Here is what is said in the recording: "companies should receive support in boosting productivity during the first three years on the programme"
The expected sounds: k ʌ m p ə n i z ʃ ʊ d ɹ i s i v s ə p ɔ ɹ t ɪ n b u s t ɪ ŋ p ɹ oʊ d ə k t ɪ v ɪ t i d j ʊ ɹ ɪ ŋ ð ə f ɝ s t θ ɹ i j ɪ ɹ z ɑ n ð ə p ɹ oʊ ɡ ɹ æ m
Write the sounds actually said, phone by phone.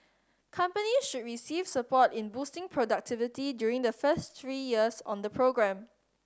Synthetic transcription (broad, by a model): k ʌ m p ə n i ʃ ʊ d ɹ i s i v s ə p ɔ t ɪ n b u s t ɪ ŋ p ɹ oʊ d ə k t ɪ v ɪ t i d j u ɹ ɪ ŋ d ə f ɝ s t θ ɹ i j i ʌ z ɑ n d ə p ɹ oʊ ɡ ɹ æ m